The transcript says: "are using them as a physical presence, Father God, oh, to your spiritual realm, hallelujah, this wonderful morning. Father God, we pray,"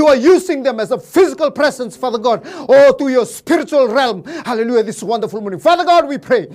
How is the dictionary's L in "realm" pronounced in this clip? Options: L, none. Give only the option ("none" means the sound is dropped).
L